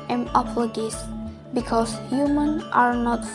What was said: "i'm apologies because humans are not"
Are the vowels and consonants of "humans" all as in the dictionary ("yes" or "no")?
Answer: no